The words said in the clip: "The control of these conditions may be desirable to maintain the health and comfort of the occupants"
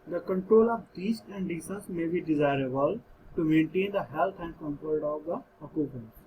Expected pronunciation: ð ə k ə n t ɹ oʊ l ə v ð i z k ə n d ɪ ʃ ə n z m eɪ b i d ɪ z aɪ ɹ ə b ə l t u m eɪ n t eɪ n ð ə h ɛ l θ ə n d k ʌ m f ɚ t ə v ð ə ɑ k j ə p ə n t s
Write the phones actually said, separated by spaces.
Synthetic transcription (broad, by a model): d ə k ə n t ɹ oʊ l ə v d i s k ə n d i s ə n s m eɪ b i d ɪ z aɪ ɹ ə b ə l t u m eɪ n t eɪ n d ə h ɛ l t ə n d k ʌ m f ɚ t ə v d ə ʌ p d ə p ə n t